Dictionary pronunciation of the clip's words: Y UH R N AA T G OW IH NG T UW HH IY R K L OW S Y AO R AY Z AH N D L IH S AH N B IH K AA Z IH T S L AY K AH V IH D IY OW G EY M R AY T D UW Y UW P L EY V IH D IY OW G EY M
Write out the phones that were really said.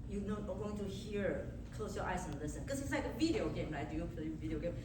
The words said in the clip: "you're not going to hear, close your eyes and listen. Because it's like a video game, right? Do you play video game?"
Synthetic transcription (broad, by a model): Y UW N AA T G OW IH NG T UW HH IY R K L OW S Y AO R AY S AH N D L IH S AH N K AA S IH T S L AY K AH V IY D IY OW G EY M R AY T D UW Y UW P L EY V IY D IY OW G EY M